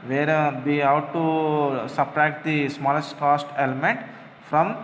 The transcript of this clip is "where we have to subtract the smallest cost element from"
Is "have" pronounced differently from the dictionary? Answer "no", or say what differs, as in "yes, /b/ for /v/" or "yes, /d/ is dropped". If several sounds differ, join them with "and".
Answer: yes, /w/ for /v/